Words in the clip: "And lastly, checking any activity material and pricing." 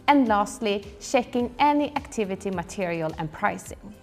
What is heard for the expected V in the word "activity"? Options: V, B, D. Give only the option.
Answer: V